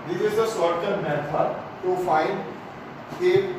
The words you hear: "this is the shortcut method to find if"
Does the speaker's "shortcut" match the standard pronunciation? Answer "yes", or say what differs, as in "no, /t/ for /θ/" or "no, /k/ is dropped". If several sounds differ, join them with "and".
no, /s/ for /ʃ/